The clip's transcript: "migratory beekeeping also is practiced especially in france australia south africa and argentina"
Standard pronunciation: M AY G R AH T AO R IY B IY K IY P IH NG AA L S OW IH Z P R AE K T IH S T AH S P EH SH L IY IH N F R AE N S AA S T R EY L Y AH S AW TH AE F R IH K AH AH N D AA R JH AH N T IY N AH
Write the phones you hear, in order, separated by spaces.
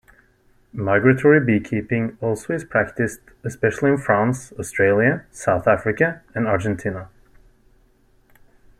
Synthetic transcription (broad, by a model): M AY G R AH T AO R IY B IY K IY P IH NG AA L S OW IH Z P R AE K T IH S T AH S P EH SH L IY IH N F R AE N S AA S T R EY L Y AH S AW TH AE F R IH K AH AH N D AA R JH AH N T IY N AH